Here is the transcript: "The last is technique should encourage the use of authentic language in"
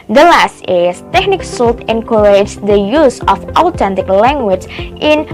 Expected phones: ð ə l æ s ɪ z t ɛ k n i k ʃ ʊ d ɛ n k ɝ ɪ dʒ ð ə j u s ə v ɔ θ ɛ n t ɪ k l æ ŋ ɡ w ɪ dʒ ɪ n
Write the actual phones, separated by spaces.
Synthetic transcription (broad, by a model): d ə l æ s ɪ s t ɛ k n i k s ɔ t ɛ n k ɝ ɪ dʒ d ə j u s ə f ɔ t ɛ n t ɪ k l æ ŋ ɡ w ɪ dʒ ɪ n